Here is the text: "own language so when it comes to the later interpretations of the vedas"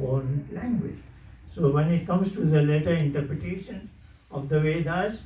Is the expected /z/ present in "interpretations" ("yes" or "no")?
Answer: no